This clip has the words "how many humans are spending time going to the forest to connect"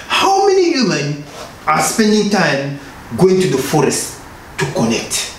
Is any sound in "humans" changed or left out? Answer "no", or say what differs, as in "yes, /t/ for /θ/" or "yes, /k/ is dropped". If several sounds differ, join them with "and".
yes, /z/ is dropped